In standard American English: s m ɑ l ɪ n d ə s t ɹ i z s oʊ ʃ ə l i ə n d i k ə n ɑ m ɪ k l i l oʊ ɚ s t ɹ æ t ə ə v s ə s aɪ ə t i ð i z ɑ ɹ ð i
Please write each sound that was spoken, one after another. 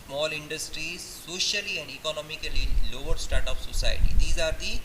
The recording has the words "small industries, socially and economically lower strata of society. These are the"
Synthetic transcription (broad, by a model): s m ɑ l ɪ n d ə s t ɹ i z s oʊ ʃ ə l i ə n d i k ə n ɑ m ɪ k l i l oʊ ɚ s t ɑ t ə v s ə s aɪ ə t i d i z ɑ ɹ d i